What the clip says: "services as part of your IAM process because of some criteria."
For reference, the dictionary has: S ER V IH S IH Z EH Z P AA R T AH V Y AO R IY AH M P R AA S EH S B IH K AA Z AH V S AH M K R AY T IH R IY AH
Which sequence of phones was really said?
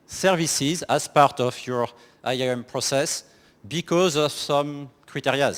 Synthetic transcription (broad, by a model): S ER V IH S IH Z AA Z P AA R T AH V Y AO R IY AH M P R AA S EH S B IH K AA Z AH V S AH M K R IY T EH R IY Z